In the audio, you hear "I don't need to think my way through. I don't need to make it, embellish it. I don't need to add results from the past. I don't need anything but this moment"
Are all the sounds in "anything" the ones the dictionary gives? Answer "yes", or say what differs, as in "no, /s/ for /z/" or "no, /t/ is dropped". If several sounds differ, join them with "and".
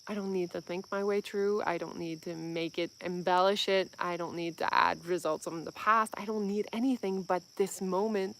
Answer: yes